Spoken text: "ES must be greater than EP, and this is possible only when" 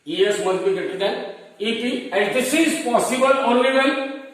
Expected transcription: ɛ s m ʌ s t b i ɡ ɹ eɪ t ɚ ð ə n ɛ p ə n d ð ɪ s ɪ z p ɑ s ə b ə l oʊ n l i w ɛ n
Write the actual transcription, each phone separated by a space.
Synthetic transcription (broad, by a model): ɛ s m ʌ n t b i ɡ eɪ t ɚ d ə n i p ə n d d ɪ s ɪ z p ɑ s ə b ə l oʊ n l i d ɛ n